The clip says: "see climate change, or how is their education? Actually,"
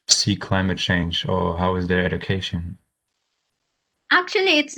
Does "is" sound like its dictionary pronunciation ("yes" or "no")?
yes